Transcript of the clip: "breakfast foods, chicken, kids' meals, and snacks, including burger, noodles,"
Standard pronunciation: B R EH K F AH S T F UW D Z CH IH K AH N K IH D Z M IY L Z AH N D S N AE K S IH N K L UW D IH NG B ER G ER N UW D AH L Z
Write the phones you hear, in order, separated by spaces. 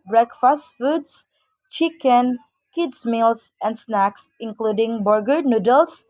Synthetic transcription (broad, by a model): B R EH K F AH S T F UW D S CH IH K AH N K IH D S M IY L S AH N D S N AE K S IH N K L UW D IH NG B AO G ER N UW D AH L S